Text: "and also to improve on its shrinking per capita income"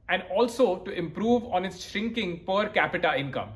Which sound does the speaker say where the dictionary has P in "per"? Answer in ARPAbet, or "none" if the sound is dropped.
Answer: P